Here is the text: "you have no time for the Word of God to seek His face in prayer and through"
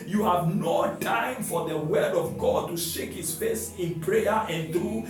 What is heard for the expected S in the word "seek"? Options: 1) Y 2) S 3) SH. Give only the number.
3